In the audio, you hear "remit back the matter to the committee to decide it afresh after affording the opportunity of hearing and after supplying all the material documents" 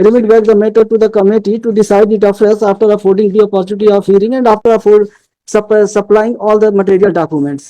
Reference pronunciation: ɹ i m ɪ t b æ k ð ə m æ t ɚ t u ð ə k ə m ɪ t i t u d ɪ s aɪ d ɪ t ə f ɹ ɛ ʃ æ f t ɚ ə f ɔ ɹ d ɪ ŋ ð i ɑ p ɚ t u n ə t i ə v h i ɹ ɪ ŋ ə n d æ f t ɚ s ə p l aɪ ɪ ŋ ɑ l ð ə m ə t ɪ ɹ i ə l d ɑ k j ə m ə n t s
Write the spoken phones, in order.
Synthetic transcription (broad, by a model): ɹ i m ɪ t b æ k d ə m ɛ t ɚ t u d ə k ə m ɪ t i t u d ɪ s aɪ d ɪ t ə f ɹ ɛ s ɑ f t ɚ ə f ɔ ɹ d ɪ ŋ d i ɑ p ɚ t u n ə t i ə v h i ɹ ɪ ŋ ə n d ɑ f t ɚ s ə p l aɪ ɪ ŋ ɑ l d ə m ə t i ɹ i ə l d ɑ k j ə m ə n t s